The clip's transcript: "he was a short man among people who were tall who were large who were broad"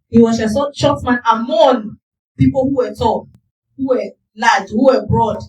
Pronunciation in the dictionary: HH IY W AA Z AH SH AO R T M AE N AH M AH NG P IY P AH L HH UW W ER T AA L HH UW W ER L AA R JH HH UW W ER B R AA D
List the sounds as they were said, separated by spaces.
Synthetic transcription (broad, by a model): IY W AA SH AH S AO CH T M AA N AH M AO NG P IY P AH L HH UW W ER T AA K HH UW W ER L AA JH HH UW W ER B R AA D